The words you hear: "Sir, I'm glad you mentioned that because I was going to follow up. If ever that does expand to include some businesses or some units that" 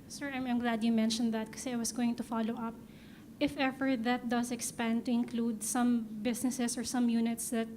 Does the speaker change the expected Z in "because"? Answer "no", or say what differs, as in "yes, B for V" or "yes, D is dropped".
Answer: yes, Z is dropped